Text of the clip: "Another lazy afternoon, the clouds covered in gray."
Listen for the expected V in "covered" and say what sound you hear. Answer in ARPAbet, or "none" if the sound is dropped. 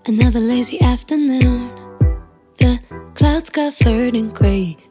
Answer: F